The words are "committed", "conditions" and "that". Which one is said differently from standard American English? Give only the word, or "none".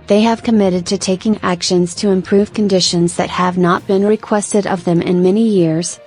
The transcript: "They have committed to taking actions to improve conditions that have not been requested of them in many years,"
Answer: none